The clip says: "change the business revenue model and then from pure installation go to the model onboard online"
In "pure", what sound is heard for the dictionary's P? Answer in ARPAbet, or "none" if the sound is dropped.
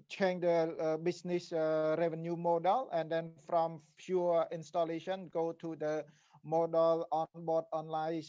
F